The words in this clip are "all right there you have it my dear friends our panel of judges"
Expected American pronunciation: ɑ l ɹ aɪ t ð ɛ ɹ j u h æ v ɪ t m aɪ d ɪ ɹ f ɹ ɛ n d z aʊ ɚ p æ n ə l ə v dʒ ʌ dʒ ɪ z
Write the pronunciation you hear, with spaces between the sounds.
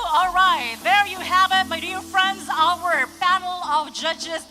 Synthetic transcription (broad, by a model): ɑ l ɹ aɪ t ð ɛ ɹ j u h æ v ɪ t m aɪ d ɪ ɹ f ɹ ɛ n d z aʊ ɚ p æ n l ə v dʒ ʌ dʒ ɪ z